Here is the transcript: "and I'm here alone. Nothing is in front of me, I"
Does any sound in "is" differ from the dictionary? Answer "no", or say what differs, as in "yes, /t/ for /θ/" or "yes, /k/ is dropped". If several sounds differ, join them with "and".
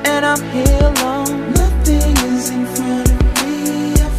no